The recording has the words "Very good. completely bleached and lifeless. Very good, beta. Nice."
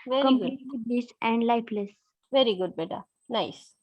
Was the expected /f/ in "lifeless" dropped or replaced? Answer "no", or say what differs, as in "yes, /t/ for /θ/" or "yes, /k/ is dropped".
yes, /p/ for /f/